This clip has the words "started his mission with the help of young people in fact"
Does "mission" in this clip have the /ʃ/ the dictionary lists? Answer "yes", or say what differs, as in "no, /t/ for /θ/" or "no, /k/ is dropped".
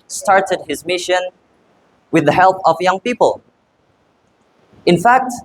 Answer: yes